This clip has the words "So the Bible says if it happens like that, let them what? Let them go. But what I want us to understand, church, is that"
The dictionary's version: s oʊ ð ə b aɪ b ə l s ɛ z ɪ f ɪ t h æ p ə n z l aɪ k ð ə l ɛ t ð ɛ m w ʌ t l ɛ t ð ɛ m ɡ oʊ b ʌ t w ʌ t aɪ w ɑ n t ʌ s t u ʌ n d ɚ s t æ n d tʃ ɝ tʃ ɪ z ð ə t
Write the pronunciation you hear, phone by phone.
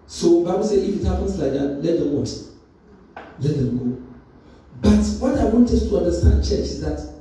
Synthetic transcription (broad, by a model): s oʊ b aɪ b ə l s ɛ ɪ f ɪ t h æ p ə n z l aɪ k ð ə l ɛ t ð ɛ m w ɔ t l ɛ t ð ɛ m ɡ oʊ b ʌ t w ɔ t aɪ w ɑ n t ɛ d t u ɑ n d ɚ s t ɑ n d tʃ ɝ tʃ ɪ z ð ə t